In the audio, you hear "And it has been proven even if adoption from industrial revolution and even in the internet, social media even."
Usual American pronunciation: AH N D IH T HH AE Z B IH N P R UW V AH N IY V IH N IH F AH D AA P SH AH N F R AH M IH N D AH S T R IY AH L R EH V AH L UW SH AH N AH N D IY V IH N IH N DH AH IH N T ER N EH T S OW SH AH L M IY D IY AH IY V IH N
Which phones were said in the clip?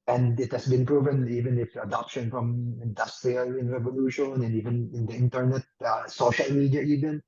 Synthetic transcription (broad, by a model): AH N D IH T HH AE S B IH N P R UW V AH N IY V IH N IH F AH D AA P SH AH N F R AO M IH N D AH S T R IY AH L R EH V AH L UW SH AH N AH N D IY V IH N IH N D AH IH N T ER N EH T S OW SH AH L M IY D IY AH IY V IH N